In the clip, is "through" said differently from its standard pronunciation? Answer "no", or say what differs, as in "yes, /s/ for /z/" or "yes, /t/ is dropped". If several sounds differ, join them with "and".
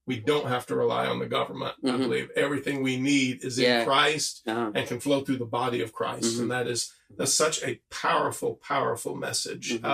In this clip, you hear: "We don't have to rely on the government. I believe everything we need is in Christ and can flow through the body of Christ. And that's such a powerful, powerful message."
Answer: no